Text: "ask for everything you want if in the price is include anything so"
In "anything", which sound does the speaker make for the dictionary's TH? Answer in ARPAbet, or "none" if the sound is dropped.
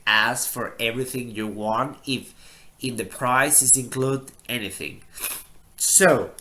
TH